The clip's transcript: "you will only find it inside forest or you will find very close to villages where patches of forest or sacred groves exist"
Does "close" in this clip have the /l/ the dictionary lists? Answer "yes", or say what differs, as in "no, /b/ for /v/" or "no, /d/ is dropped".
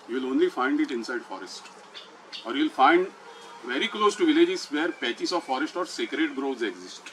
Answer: yes